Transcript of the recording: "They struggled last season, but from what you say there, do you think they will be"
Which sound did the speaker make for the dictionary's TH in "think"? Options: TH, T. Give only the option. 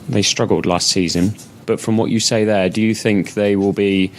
TH